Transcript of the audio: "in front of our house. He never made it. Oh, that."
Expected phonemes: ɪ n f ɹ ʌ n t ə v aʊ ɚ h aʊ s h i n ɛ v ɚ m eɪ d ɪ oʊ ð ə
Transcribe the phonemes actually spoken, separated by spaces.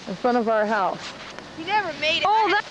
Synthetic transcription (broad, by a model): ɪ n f ʌ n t ə v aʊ ɚ h aʊ s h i n ɛ v ɚ m eɪ d ɪ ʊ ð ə